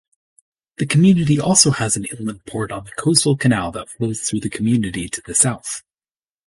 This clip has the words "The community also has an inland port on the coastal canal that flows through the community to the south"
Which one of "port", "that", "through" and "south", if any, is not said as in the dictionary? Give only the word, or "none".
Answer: none